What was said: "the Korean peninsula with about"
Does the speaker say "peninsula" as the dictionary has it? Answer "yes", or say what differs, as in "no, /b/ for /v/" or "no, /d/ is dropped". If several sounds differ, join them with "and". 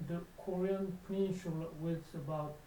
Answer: no, /ʃ/ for /s/